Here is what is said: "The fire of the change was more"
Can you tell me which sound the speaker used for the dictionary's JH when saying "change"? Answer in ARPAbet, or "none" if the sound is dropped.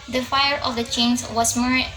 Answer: Z